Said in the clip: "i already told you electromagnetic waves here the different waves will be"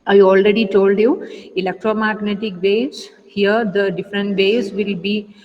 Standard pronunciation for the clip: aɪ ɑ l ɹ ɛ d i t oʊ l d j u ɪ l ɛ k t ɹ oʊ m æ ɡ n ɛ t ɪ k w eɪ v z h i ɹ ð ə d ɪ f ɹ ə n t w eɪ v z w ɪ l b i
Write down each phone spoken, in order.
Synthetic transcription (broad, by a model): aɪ ɑ l ɹ ɛ d i t oʊ l d j u ɪ l ɛ k t ɹ oʊ m æ ɡ n ɛ t ɪ k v eɪ z h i ɹ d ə d ɪ f ɹ ə n t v eɪ z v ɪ l b i